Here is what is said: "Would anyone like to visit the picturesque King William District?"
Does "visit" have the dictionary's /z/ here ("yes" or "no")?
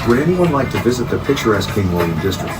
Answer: yes